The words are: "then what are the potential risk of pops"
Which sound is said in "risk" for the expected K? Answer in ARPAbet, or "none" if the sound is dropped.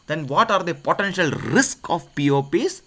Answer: K